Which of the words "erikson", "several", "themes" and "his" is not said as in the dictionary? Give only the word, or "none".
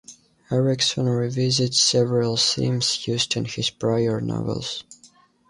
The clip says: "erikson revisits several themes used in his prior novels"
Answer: themes